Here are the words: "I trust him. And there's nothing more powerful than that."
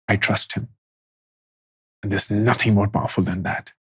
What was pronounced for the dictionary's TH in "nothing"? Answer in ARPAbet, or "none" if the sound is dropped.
TH